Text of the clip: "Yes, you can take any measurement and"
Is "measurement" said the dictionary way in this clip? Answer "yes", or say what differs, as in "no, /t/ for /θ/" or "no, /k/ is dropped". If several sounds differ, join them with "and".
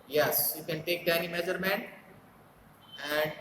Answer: no, /t/ is dropped